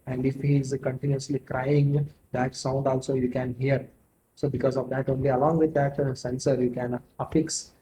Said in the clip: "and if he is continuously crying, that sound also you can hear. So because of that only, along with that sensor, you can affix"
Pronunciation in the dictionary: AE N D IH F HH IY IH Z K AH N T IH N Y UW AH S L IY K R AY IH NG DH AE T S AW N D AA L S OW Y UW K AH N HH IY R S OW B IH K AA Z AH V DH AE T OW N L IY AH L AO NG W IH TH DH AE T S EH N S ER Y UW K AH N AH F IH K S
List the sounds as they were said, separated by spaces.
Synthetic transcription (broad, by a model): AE N D IH F HH IY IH Z K AH N T IH N Y UW AH S L IY K R AY IH NG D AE T S AW N D AA L S OW Y UW K AH N HH IY R S OW B IH K AA Z AH V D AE T OW N L IY AH L AO NG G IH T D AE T S EH N S ER Y UW K AH N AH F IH K S